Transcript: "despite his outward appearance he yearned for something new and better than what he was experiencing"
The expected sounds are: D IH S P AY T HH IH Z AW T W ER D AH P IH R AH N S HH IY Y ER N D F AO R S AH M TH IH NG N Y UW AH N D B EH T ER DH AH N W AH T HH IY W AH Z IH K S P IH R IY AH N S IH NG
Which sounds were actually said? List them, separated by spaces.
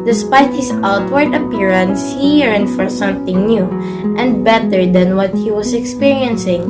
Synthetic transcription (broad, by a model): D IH S P AY T HH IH S AW T W ER D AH P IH R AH N S HH IY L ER N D F AO R S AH M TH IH NG N Y UW AH N D B EH T ER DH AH N W AH T HH IY W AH S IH K S P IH R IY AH N S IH NG